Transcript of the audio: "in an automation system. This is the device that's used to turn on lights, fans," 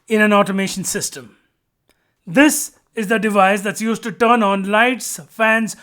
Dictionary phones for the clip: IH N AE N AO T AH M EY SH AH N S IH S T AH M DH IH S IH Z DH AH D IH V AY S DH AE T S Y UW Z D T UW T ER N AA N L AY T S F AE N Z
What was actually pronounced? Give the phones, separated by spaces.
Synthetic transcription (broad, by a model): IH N AE N AO T AH M EY SH AH N S IH S T AH M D IH S IH Z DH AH D IH V AY S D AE T S Y UW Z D T UW T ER N AA N L AY T S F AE N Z